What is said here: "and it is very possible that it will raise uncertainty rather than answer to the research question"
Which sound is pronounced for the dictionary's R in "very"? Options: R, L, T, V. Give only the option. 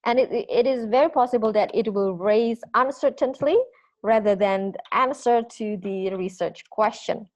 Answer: R